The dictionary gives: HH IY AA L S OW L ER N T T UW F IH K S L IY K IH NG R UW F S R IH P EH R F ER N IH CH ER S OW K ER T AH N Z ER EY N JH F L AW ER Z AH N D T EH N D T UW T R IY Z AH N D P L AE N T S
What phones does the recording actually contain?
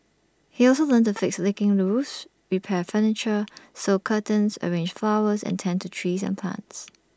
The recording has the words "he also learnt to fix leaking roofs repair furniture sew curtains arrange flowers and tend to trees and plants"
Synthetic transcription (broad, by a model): HH IY AA L S OW L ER N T T UW F IH K S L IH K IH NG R UW S R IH P EH F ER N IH CH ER S OW K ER T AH N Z ER EY N JH F L AW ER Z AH N T EH N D T UW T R IY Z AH N P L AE N T S